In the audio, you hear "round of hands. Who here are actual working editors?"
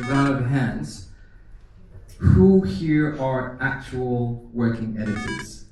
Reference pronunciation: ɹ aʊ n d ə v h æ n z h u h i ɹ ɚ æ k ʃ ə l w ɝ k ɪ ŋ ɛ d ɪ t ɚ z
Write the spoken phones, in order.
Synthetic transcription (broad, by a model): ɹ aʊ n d ə v h æ n z h u h i ɹ ɚ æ k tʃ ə l w ɝ k ɪ ŋ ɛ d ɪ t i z